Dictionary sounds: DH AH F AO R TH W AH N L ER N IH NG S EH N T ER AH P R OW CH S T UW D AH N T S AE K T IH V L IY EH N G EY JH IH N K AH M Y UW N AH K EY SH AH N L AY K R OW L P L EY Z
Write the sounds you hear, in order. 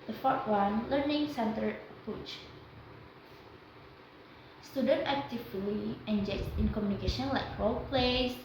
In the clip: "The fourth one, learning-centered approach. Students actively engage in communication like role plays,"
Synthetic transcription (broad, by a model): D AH F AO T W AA N L ER N IH NG S EH N T ER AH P UW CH S T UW D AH N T AE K T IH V L IY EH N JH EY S IH N K AH M Y UW N AH K EY SH AH N L AY K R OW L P L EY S